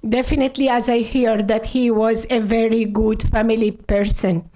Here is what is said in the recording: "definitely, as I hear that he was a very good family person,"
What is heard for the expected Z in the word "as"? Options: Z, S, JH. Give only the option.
Z